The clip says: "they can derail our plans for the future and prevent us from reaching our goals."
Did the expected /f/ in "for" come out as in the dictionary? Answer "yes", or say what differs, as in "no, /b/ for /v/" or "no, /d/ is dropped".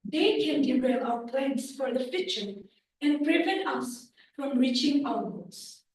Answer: yes